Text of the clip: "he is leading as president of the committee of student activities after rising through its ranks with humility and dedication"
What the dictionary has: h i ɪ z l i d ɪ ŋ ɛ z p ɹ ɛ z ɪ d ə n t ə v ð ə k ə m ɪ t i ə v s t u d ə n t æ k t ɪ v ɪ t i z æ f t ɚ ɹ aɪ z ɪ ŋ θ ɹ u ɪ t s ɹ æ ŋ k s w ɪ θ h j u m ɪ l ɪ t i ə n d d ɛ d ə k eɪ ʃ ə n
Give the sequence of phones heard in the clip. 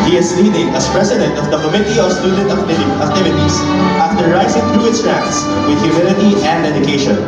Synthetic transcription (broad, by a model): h i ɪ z l i d ɪ ŋ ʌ s p ɹ ɛ s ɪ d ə n t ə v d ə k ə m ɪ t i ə s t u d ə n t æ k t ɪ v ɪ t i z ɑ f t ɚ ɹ aɪ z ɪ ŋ t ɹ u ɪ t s ɹ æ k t s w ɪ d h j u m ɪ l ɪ t i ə n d d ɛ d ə k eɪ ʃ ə n